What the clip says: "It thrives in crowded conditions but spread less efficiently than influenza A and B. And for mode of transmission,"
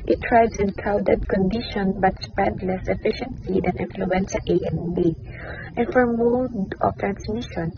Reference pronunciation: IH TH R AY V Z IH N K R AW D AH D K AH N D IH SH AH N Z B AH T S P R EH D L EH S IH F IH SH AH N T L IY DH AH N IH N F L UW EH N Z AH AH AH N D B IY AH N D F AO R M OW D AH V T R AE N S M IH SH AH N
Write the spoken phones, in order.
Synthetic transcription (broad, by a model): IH T R AY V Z IH N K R AW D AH D K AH N D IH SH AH N B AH T S P R EH D L EH S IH F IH SH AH N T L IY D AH N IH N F L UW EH N S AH AH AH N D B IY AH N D F AO R M OW D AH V T R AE N S M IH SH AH N